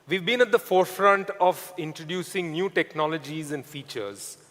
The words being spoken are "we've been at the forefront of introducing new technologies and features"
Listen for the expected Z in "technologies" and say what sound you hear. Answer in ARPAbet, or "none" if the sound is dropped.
Z